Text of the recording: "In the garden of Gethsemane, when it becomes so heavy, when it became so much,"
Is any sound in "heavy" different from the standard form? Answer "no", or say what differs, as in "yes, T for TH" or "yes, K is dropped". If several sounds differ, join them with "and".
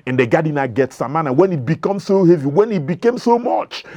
no